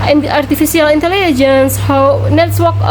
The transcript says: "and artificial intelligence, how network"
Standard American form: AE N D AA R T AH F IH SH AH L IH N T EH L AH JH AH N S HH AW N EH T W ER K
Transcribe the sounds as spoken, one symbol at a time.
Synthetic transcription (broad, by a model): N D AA R T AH F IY S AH L IH N T EH L AH JH AH N S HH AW N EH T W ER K